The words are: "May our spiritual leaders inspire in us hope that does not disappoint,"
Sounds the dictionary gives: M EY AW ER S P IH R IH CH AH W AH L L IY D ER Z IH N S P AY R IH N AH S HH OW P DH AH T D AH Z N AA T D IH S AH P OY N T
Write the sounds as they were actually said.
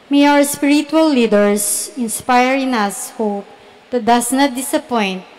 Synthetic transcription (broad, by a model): M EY AW ER S P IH R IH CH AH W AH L L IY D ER S IH N S P AY R IH N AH S HH OW P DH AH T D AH S N AA T D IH S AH P OY N T